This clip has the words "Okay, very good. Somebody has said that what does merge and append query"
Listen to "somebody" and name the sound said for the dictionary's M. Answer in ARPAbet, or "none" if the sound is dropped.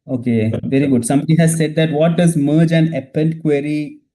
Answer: M